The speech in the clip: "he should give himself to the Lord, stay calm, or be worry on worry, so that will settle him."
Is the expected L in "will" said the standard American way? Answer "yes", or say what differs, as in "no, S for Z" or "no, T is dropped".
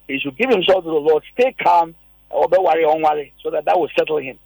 no, W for L